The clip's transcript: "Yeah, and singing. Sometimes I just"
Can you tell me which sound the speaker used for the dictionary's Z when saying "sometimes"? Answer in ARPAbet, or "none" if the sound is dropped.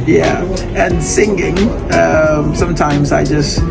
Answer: Z